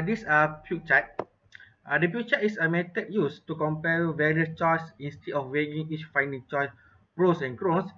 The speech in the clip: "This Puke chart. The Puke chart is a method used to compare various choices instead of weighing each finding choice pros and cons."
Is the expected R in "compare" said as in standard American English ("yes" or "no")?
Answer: no